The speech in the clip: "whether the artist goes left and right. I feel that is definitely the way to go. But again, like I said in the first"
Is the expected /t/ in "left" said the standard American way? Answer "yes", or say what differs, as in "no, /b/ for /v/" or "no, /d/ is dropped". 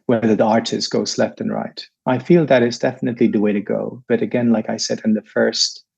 yes